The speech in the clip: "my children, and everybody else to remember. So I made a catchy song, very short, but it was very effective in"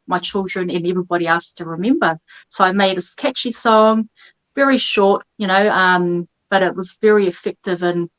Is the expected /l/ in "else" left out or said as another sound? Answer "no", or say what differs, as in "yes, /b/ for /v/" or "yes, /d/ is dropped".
yes, /l/ is dropped